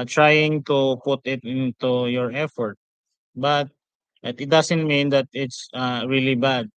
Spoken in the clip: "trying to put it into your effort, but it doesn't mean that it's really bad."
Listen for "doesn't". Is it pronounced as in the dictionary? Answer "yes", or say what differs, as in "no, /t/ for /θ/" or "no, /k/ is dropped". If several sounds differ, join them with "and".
no, /s/ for /z/